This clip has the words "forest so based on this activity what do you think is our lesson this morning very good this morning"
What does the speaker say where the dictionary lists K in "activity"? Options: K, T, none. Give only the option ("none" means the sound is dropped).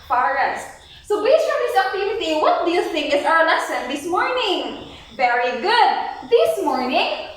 none